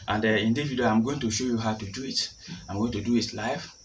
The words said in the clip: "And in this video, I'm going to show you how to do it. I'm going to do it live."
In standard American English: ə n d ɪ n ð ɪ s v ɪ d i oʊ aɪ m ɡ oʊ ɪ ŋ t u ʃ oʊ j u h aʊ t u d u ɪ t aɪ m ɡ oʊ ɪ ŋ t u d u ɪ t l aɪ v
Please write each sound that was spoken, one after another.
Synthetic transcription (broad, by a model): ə n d ɪ n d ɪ v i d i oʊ aɪ m ɡ oʊ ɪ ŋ t u ʃ oʊ j u h aʊ t u d u ɪ t aɪ m ɡ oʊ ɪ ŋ t u d u ɪ t l aɪ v